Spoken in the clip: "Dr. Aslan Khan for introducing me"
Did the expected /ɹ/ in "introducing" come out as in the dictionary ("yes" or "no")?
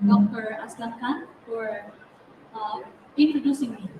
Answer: no